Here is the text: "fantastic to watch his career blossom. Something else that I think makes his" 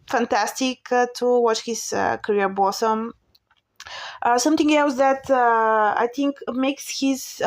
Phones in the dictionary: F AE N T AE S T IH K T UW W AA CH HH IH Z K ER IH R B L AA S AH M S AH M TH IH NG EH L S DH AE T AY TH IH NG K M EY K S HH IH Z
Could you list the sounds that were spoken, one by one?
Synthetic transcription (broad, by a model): F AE N T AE S T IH K T UW W AA CH HH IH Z K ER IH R B AA S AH M S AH M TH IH NG EH L S DH AE T AY TH IH NG K M EY K S HH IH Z